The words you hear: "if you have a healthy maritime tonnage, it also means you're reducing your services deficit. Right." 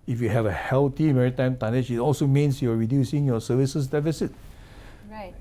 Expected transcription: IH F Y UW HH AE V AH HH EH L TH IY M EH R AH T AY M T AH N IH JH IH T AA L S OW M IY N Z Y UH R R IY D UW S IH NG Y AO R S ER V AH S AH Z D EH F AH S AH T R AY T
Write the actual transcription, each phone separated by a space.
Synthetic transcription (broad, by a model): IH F Y UW HH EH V AH HH EH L T IY M EH R AH T AY M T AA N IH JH IH T AA L S OW M IY N S Y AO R R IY D UW S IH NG Y AO S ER V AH S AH S D EH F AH S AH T T